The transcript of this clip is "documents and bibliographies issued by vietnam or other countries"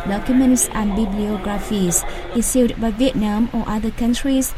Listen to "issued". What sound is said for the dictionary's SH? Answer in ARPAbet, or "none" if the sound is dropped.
S